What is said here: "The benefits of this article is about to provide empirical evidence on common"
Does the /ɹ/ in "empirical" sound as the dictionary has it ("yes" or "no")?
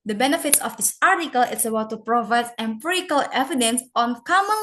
no